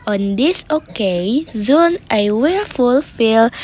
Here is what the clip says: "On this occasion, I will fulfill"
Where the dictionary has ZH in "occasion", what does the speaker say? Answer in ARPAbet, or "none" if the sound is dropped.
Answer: Z